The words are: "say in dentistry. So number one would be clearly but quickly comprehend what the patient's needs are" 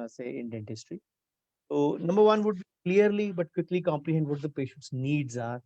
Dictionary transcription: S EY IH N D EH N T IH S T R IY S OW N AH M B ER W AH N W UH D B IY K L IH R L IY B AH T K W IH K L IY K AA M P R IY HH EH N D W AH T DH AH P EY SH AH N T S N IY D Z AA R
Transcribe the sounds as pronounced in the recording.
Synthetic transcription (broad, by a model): S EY IH N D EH N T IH S T R IY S OW N AH M B ER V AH N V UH D B IY K L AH R L IY B AH T K W IH K L IY K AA M P L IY HH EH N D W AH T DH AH P EY SH AH N T S N IY D Z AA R